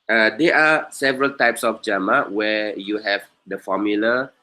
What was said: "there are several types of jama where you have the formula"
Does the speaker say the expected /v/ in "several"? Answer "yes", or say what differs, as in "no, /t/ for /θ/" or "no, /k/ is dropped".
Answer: yes